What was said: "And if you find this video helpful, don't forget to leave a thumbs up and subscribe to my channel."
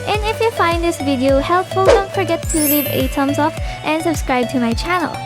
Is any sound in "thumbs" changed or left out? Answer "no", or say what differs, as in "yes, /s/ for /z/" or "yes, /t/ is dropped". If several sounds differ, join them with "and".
yes, /t/ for /θ/